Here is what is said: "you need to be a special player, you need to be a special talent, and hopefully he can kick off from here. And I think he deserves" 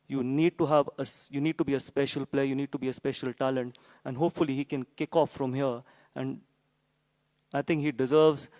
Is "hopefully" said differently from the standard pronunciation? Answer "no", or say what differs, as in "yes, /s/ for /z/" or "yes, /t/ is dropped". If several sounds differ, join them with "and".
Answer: no